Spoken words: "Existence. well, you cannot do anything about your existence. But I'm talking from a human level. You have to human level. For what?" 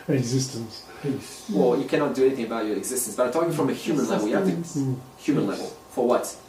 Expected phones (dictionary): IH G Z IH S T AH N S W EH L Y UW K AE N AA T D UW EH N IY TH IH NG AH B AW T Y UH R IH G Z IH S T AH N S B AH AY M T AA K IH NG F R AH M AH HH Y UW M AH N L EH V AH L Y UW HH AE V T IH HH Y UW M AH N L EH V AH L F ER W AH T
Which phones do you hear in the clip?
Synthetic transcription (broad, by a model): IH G Z IH S T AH N S W EH L Y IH K AE N AA T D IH EH N IY TH IH NG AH B AW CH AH R IH G Z IH S T AH N S B AH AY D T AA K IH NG F R AH M AH HH Y UW M AH N L EH V L Y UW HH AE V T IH HH Y UW M AH N L EH V AH L F ER W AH T